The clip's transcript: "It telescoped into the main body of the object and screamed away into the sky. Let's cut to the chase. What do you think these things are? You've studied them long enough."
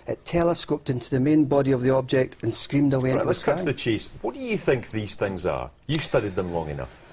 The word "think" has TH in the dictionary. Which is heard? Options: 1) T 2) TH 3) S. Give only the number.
2